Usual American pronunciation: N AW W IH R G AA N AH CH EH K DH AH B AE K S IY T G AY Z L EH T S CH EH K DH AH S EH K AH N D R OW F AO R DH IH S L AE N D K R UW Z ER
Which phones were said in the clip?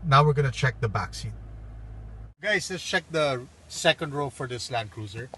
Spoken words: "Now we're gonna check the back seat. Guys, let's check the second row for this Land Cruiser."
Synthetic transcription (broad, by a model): N AW W IH R G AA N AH CH EH K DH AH B AE K S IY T G AY S L EH T S CH EH K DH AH S EH K AH N D R OW F AO R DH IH S L AE N D K R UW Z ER